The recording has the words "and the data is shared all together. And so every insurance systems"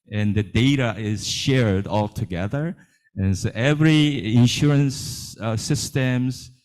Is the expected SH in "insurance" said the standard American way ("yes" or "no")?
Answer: yes